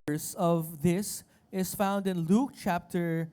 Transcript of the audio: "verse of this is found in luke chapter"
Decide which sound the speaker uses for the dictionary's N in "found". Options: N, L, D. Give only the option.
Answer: N